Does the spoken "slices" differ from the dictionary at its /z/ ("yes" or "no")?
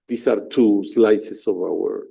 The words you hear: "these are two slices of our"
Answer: yes